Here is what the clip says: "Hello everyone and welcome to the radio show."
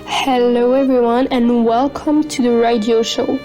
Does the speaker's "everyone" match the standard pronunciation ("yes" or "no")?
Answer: yes